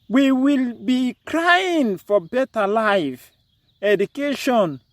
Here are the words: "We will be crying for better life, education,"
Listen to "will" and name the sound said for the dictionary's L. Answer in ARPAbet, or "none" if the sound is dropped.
L